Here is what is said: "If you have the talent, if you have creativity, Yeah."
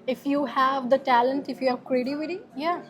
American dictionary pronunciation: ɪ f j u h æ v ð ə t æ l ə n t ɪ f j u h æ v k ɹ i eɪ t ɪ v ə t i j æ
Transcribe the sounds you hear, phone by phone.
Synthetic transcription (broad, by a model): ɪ f j u h æ v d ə t æ l ə n t ɪ f j u h æ v k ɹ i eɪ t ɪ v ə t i j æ